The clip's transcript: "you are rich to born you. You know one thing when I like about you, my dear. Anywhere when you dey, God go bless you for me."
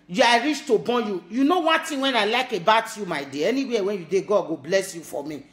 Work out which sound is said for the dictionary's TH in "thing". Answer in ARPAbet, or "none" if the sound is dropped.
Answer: T